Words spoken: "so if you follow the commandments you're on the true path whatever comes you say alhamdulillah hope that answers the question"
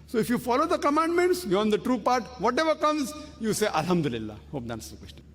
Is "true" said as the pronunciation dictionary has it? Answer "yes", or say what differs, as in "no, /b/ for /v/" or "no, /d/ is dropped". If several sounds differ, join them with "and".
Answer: yes